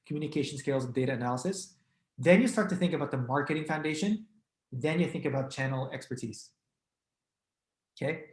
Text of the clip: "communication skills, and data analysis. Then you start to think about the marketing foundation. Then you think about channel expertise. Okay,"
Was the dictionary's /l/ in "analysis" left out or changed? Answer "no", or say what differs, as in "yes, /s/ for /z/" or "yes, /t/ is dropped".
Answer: no